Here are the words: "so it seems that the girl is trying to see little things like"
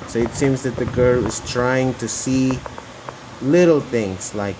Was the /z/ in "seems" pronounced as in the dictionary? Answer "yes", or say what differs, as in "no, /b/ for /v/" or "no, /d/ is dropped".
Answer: yes